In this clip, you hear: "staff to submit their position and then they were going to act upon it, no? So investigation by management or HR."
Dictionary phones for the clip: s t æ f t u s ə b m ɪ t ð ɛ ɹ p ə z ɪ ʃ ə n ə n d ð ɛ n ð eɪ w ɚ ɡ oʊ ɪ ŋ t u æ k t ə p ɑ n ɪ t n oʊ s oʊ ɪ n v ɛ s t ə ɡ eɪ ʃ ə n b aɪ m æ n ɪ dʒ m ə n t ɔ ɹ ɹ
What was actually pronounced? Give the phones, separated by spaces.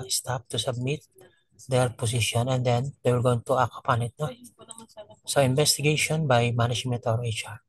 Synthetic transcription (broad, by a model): s t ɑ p t u s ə b m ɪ t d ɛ ɹ p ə s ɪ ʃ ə n ə n d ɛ n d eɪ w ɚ ɡ oʊ ɪ ŋ t u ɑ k ə p ɑ n ɪ t n oʊ s oʊ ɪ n b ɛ s t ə ɡ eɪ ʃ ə n b aɪ m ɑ n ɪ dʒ m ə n t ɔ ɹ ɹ